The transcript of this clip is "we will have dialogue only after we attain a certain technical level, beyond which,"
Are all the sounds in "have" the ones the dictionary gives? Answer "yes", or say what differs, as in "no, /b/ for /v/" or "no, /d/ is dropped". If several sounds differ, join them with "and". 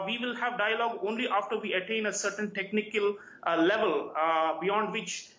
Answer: yes